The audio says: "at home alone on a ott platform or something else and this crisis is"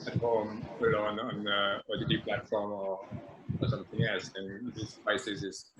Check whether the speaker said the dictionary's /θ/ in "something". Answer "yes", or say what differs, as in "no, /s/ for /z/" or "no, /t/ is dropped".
yes